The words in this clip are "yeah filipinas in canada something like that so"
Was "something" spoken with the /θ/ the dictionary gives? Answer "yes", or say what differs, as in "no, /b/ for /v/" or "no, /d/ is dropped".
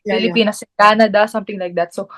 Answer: no, /t/ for /θ/